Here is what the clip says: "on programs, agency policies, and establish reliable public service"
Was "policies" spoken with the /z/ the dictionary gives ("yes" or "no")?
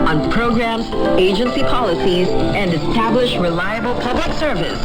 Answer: yes